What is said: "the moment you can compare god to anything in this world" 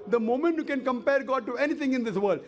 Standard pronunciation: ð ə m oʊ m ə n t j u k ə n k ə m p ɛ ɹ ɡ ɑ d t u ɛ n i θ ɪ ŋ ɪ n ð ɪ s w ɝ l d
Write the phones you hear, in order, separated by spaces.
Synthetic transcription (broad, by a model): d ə m oʊ m ə n t j u k ə n k ə m p ɛ ɹ ɡ ɑ d t u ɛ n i t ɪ ŋ ɪ n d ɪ s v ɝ l d